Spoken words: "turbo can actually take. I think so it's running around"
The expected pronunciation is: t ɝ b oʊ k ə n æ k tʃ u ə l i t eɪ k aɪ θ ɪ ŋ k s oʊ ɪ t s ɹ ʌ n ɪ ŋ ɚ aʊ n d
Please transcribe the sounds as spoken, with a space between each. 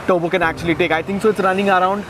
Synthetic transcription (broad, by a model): t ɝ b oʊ k ə n æ k tʃ u ə l i t eɪ k aɪ t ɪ ŋ k s oʊ ɪ t s ɹ ʌ n ɪ ŋ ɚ aʊ n d